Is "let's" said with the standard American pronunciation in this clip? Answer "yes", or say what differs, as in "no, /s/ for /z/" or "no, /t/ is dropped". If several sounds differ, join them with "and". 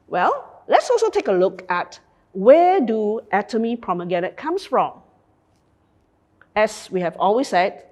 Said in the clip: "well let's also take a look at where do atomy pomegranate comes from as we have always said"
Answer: yes